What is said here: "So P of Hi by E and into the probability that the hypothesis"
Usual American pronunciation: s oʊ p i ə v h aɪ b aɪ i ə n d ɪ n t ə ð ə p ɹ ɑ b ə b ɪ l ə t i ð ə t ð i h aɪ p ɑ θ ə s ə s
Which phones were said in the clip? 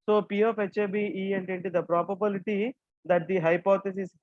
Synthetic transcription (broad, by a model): s oʊ p i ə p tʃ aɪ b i i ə n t ɪ n t ə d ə p ɹ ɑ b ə b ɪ l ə t i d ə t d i h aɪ p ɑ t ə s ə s